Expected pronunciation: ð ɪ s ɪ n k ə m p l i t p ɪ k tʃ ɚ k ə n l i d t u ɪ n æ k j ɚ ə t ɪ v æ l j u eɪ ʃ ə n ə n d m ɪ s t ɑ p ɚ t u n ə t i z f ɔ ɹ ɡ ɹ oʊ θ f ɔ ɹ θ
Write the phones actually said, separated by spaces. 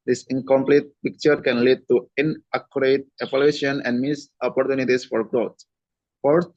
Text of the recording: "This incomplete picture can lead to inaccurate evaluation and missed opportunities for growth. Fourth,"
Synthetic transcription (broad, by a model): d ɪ s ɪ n k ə m p l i t p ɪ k tʃ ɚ k ə n l i d t u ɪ n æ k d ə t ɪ p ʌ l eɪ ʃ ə n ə n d m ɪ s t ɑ p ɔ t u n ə t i s f ɔ ɹ ɡ ɹ oʊ t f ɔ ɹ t